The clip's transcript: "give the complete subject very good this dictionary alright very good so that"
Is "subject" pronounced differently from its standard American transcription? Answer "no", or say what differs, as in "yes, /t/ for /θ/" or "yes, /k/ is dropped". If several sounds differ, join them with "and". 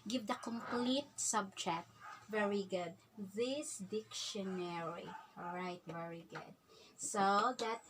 yes, /tʃ/ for /dʒ/ and /k/ is dropped